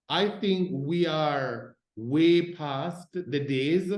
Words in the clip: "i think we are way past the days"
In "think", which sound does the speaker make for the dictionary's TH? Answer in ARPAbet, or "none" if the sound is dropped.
TH